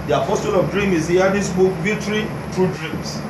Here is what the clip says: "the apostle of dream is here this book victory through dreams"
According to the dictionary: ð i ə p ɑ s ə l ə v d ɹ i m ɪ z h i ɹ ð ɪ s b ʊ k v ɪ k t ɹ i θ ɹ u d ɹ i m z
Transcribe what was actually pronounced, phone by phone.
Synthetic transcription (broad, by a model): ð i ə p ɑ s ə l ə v d ɹ i m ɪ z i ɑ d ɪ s b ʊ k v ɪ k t ɹ i t ɹ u d ɹ i m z